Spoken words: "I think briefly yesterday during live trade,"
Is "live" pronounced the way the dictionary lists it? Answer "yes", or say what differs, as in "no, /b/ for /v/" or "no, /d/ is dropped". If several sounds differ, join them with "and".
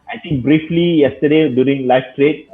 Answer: no, /f/ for /v/